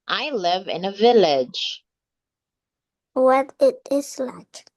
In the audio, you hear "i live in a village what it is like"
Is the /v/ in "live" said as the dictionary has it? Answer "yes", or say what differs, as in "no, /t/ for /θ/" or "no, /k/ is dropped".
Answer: yes